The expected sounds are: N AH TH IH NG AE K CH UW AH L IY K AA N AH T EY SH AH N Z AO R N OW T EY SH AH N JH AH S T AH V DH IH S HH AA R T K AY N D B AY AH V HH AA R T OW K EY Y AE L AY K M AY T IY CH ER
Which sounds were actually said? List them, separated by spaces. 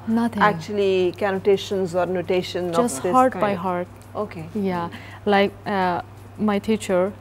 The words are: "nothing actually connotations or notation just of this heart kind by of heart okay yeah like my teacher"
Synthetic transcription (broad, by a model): N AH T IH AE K CH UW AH L IY K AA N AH T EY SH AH N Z AO R N OW T EY SH AH N JH AH S T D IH HH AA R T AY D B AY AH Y HH AA R T OW K EY Y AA L AY K M AY T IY CH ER